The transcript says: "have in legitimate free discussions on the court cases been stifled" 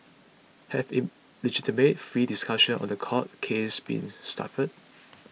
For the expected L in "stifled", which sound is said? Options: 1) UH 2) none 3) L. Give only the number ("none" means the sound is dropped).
2